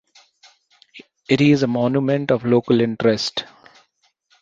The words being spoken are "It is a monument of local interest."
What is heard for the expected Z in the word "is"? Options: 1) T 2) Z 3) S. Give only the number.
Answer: 2